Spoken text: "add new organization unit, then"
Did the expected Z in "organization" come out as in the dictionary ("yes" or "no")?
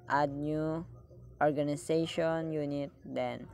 no